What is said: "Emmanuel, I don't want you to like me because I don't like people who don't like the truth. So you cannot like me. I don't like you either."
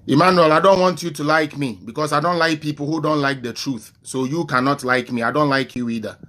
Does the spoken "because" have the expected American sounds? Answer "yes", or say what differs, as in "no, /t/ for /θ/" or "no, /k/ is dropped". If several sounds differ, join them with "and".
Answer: no, /s/ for /z/